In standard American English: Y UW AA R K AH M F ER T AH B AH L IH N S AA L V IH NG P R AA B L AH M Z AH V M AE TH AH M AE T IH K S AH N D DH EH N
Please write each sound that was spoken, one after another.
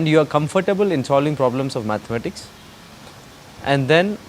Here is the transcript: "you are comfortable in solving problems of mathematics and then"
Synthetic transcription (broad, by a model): Y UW AA R K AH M F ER T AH B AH L IH N S AA L V IH NG P R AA B L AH M S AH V M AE T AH M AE T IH K S AH N D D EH N